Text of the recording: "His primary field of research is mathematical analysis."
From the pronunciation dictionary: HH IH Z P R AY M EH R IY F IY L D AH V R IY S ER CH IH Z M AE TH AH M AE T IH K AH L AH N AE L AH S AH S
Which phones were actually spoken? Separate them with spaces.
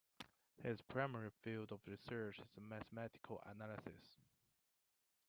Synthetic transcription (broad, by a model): HH IH Z P R AY M EH R IY F IY L D AH V R IY S ER CH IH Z M AE TH AH M AE T IH K AH L AH N AE L AH S AH S